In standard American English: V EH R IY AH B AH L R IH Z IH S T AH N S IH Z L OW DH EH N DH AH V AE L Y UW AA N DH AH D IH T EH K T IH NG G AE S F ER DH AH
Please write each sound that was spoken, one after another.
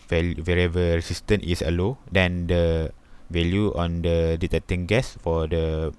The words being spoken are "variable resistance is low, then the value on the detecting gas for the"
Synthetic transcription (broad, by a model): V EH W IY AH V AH R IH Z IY S T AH N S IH L OW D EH N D AH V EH L Y UW AA N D AH D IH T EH T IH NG G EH S F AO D AH